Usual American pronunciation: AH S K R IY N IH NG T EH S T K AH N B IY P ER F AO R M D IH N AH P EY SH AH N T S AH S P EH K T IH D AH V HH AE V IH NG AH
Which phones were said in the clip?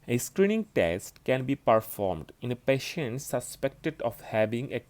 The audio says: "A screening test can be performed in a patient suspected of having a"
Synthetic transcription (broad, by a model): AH S K R IY N IH NG T EH S T K AH N B IY P ER F AO R M D IH N AH P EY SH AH N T S AH S P EH K T IH D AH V HH AE V IH NG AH